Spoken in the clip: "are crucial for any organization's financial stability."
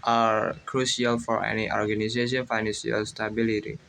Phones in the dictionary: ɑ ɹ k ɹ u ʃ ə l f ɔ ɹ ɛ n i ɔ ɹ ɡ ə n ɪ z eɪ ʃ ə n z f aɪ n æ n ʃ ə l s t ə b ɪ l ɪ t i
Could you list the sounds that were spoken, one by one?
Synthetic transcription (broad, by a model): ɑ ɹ k ɹ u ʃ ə l f ɔ ɹ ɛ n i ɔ ɹ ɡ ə n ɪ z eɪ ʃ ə n f aɪ n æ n s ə l s t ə b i l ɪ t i